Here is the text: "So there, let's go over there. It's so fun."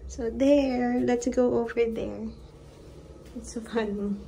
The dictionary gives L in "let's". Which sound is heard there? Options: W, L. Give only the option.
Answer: L